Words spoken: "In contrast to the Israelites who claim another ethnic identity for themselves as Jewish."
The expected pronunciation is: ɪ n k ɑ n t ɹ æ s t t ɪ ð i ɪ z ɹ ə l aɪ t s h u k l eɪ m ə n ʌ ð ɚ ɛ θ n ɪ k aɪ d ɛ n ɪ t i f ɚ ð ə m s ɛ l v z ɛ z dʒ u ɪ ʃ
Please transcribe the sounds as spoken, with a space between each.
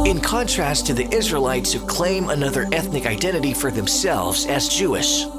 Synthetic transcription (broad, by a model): ɪ n k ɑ n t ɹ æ s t t ɪ ð i ɪ z ɹ ə l aɪ t s h u k l eɪ m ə n ʌ ð ɚ ɛ θ n ɪ k aɪ d ɛ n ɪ t i f ɚ ð ə m s ɛ l v z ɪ z dʒ u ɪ ʃ